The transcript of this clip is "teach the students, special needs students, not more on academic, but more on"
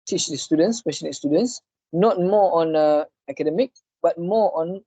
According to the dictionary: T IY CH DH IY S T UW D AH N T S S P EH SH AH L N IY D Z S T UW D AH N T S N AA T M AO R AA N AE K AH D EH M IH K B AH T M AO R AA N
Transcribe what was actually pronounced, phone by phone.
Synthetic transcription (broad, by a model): T IY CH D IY S T UW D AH N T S S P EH S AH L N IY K S T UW D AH N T S N AA T M AO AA N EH K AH D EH M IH K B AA T M AO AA N